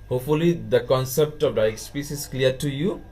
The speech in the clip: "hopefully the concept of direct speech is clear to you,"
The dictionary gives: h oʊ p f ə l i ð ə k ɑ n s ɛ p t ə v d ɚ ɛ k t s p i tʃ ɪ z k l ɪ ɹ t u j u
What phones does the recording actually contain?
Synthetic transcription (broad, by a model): h oʊ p f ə l i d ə k ɑ n s ɛ p t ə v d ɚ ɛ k s p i s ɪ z k l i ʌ t u j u